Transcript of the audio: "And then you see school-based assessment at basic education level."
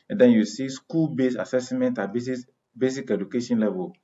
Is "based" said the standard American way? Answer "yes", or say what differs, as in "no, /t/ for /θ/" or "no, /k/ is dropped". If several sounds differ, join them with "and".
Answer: no, /t/ is dropped